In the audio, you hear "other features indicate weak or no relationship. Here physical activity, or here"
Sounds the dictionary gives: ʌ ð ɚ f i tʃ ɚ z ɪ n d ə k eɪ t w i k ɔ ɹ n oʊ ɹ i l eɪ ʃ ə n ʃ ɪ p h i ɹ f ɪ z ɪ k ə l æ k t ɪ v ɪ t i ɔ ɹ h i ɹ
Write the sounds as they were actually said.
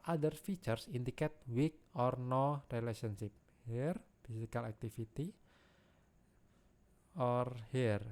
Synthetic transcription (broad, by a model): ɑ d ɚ f i tʃ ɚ s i n d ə k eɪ t w i k ɔ ɹ n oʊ ɹ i l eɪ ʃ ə n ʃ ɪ p h i ɹ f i s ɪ k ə l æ k t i f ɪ t i ɔ ɹ h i ɹ